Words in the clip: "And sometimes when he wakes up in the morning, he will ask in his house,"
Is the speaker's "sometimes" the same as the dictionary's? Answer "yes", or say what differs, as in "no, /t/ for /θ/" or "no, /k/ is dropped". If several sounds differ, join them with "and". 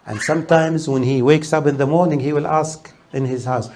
yes